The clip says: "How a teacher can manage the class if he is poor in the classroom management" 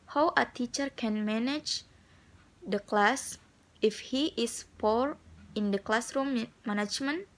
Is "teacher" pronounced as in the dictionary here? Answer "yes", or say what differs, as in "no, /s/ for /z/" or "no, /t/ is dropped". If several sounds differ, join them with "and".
yes